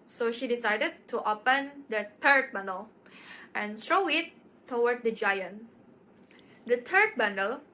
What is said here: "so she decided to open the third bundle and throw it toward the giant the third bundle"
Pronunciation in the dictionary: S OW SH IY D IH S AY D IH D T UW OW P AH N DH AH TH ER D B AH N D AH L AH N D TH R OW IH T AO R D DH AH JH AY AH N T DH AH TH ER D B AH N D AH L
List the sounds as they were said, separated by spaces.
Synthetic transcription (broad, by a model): S OW SH IY D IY S AY D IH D T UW OW P AH N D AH T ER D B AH N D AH L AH N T R OW IH T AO W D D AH JH AY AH N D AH T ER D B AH N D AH L